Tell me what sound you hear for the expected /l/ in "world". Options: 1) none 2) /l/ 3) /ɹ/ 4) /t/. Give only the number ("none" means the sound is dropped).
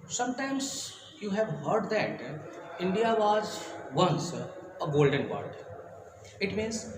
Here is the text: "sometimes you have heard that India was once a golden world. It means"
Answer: 1